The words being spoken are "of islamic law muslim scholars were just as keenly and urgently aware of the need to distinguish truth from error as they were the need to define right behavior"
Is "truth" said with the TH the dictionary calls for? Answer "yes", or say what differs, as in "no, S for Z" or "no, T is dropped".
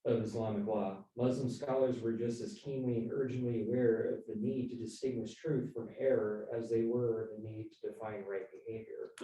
yes